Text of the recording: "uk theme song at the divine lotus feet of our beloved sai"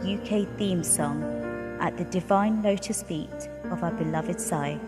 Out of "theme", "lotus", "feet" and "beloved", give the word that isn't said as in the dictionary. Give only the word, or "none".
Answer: none